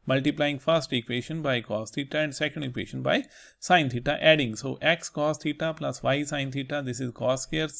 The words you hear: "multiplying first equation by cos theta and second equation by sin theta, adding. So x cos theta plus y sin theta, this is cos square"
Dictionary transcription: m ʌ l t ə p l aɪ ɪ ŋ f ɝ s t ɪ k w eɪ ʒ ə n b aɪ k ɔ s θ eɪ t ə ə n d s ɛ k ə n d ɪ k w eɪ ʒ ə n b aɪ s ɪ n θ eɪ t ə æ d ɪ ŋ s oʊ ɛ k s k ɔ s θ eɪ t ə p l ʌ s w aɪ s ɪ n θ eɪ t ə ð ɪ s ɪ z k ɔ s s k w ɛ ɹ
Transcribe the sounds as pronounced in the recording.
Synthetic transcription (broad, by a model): m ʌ l t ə p l aɪ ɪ ŋ f ɝ s t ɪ k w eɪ ʃ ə n b aɪ k ɔ s t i t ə ə n d s ɛ k ə n d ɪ k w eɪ ʃ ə n b aɪ s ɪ n t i t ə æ d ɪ ŋ s oʊ ɛ k s k ɔ s t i t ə p l ʌ s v aɪ s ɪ n t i t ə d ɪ s ɪ z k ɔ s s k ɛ ɹ